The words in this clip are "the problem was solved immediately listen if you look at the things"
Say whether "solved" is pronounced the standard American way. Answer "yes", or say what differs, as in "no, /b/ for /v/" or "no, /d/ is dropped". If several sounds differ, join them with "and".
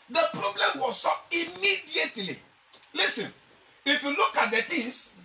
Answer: no, /l/ is dropped